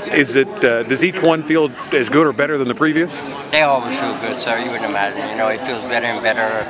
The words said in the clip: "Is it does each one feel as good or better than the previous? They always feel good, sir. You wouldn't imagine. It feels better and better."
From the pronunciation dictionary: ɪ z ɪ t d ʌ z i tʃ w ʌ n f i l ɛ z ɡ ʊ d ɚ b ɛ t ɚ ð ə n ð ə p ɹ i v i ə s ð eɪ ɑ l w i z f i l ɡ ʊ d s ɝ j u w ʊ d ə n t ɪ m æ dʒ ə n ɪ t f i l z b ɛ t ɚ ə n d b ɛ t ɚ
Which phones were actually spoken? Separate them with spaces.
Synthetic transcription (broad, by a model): ɪ z ɪ t d ʌ z i tʃ w ʌ n f i l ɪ z ɡ ʊ d ɚ b ɛ t ɚ ð ə n ð ə p ɹ i v i ə s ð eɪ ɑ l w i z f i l ɡ ʊ d s ɝ j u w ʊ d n ɪ m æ dʒ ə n ɪ t f i l z b ɛ t ɚ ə n b ɛ t ɚ